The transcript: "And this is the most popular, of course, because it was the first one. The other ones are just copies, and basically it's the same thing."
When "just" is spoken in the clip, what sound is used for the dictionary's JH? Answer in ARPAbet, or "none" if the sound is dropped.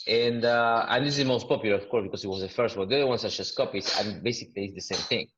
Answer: CH